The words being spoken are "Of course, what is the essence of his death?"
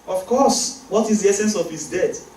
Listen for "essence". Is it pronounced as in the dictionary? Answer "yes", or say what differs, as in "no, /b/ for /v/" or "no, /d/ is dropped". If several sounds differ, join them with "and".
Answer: yes